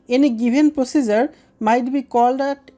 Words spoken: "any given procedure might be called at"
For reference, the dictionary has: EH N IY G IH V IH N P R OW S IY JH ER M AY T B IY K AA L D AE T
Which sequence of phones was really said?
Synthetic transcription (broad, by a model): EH N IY G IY B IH N P R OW S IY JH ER M AY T B IY K AA L D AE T